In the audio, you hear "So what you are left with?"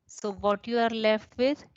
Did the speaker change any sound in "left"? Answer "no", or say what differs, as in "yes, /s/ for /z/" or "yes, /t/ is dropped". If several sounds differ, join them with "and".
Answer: no